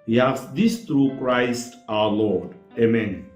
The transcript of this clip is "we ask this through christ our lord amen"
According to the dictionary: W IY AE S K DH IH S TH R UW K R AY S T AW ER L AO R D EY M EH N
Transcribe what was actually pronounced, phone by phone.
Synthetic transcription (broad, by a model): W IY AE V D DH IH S T R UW K R AY S T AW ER L AO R D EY M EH N